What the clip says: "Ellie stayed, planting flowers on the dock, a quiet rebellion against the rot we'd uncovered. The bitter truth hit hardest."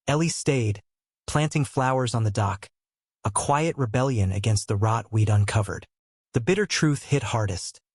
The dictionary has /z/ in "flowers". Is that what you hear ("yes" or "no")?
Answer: yes